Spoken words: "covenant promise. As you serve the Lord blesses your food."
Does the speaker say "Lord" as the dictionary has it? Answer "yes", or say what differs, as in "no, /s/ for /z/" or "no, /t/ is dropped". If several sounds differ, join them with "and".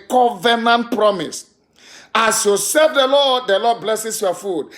no, /l/ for /ɹ/